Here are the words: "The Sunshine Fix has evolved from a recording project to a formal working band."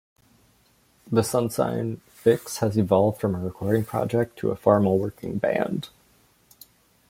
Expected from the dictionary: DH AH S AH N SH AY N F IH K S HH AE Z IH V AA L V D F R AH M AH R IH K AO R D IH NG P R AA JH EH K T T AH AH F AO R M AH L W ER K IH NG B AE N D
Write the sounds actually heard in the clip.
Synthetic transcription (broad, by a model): DH AH S AH N S AY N F IH K S HH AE Z IH V AA L V D F R AH M AH R IH K AO R D IH NG P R AA JH EH K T T AH AH F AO R M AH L W ER K IH NG B AE N D